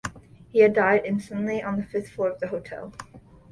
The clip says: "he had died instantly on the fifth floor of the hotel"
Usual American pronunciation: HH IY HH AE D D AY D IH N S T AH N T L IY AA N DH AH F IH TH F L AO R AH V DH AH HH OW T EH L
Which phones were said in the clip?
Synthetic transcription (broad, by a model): HH IY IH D D AY D IH N S T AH N T L IY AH N DH AH F IH TH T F AO R AH V DH AH HH OW T EH L